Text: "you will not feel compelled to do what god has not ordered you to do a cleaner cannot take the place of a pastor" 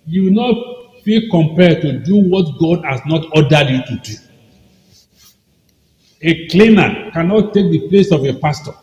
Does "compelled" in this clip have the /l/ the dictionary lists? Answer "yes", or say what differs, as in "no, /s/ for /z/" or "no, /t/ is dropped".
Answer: no, /l/ is dropped